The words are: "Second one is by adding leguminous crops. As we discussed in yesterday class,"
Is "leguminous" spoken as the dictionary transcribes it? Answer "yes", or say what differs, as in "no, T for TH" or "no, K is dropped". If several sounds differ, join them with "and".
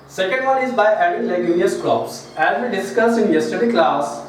no, N is dropped